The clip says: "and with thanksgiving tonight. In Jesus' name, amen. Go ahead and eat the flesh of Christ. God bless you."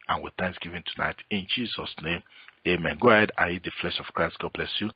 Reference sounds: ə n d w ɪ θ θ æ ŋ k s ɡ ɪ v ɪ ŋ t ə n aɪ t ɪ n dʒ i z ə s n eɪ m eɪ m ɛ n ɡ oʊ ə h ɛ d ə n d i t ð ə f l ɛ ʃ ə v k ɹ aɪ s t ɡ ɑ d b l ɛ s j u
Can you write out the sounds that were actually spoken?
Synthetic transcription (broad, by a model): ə n w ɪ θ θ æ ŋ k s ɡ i v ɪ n t ə n aɪ t ɪ n dʒ i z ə s n eɪ m eɪ m ɛ n ɡ oʊ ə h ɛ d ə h i t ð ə f l ɛ ʃ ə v k ɹ aɪ s t ɡ ɑ d b l ɛ s j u